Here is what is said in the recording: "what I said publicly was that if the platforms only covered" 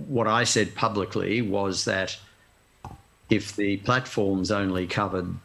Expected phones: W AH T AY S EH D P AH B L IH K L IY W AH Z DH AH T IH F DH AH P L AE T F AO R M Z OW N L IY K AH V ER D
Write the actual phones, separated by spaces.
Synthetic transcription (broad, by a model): W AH T AY S EH D P AH B L IH K L IY W AH Z DH AH T IH F DH AH P L AE T F AO R M Z OW N L IY K AH V ER D